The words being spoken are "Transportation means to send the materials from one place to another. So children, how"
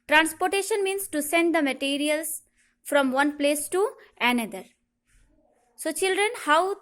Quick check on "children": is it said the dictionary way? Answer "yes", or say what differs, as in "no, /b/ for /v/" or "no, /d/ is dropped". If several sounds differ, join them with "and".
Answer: yes